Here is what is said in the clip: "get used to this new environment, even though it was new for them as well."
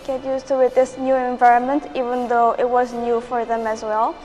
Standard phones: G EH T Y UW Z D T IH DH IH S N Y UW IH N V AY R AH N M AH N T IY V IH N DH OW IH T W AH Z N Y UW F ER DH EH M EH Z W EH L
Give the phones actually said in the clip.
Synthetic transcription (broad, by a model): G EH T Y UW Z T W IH DH IH S N Y UW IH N V AY R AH N M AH N T IY V IH N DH OW IH T W AH Z N Y UW F ER DH EH M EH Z W EH L